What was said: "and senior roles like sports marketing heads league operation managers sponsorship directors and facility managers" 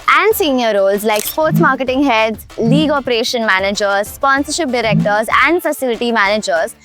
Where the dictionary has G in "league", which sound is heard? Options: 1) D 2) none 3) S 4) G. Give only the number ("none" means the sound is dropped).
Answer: 4